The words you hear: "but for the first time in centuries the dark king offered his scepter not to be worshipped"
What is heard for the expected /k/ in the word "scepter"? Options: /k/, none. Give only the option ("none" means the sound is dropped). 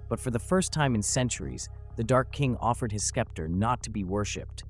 /k/